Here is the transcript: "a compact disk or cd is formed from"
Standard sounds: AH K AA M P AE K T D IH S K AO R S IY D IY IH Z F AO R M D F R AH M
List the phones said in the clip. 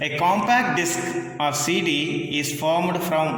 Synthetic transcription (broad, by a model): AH K AA M P AE K T D IH S K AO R S IY D IY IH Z F AO R M D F R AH M